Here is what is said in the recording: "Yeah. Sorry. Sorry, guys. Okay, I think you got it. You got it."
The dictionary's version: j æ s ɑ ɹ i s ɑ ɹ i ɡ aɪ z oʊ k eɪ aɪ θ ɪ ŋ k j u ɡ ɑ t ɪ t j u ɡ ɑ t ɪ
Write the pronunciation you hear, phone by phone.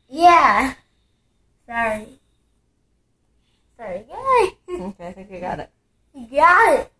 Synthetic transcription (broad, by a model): j æ s ɑ ɹ i s ɑ ɹ i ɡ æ oʊ k eɪ aɪ θ ɪ ŋ k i ɡ ɑ t ɪ t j ɡ ɑ t